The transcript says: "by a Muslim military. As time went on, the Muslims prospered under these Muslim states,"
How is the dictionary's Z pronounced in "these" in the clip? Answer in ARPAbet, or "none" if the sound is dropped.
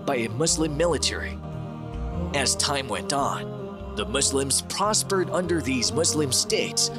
Z